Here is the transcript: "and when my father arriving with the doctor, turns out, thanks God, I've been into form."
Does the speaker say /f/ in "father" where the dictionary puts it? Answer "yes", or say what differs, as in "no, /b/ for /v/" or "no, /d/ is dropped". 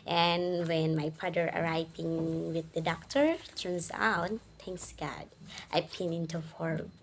no, /p/ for /f/